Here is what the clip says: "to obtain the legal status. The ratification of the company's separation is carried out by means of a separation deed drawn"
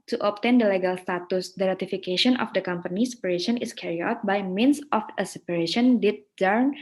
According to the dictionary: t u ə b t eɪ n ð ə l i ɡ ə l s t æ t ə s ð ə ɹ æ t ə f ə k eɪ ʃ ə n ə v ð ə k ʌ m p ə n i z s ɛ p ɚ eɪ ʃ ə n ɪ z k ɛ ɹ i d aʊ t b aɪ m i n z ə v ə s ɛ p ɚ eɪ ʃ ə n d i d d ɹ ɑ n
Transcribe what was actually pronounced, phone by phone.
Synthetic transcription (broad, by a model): t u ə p t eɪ n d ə l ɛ ɡ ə l s t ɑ t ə s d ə ɹ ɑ t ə f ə k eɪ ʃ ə n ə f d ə k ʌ m p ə n i s ɛ p ɚ eɪ ʃ ə n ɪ s k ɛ ɹ i aʊ t b aɪ m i n s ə f ə s ɛ p ɚ eɪ ʃ ə n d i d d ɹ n